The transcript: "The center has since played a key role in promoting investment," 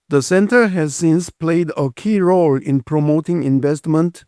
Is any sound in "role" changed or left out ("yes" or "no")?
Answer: no